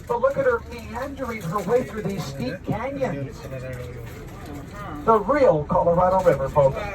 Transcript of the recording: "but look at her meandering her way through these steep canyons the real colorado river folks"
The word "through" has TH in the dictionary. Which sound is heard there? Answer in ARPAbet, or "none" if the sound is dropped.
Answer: TH